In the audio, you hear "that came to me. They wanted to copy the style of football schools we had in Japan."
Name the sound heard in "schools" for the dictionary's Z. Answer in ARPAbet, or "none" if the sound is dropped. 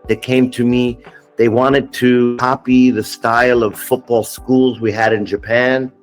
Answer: Z